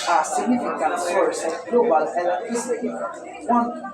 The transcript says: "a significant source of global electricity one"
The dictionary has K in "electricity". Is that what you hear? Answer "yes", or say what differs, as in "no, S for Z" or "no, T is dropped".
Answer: no, K is dropped